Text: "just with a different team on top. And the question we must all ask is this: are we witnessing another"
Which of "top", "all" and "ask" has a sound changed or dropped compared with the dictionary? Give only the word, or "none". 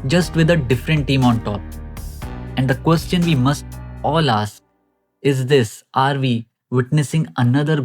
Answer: ask